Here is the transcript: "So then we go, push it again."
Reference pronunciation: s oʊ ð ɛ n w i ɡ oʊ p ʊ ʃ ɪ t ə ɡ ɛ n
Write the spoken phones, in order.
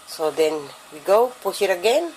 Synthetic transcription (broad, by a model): s oʊ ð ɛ n w i ɡ oʊ p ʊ s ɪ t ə ɡ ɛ n